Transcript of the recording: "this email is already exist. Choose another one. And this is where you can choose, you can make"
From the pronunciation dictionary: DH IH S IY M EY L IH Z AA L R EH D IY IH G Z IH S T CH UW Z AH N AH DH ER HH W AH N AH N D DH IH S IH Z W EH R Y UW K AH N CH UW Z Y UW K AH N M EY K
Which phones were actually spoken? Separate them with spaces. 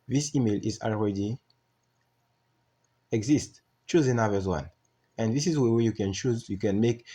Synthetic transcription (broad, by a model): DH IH S IY M EY L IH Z AA L R EH D IY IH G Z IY S T CH UW Z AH N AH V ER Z W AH N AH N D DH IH S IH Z W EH W Y UW K AH N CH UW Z Y UW K AH N M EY K